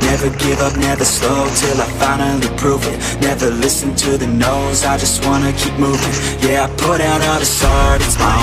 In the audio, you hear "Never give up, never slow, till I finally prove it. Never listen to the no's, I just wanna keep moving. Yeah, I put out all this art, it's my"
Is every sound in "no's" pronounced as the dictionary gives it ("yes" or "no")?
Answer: yes